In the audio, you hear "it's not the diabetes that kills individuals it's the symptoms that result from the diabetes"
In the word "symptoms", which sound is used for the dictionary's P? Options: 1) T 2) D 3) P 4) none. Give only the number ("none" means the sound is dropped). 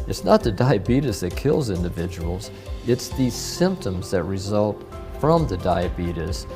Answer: 3